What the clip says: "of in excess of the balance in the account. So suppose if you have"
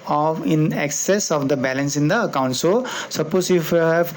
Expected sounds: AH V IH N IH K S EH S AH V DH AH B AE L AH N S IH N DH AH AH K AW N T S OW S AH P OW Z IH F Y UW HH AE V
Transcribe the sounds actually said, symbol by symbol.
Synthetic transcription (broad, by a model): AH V IH N IH K S EH S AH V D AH B AE L AH N S IH N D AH AH K AW N T S OW S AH P OW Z IH F Y UW HH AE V